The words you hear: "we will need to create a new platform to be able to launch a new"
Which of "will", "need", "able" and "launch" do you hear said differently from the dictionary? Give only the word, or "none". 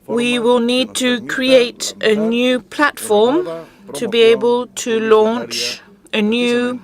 none